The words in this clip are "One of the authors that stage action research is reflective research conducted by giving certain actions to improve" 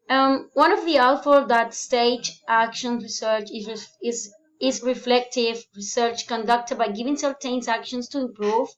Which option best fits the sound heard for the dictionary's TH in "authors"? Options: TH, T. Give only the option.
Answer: T